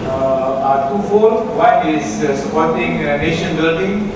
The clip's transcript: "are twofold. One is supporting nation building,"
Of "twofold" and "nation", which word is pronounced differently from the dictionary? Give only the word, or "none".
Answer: twofold